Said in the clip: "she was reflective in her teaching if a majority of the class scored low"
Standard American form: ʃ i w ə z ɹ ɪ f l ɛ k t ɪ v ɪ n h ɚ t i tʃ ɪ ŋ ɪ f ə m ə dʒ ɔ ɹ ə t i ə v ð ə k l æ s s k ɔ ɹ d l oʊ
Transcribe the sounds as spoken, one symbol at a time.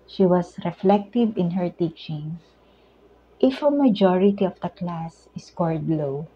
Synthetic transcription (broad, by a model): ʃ i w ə s ɹ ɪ f l ɛ k t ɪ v ɪ n h ɚ t i tʃ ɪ ŋ ɪ f ə m ə dʒ ɔ ɹ ə t i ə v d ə k l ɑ s s k ɔ ɹ d l oʊ